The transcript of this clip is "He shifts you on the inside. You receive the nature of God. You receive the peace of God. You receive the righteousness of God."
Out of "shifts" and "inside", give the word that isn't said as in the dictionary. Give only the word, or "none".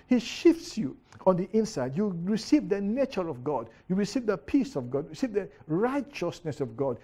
none